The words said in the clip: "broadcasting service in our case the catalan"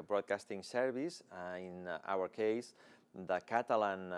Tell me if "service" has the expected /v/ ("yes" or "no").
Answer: no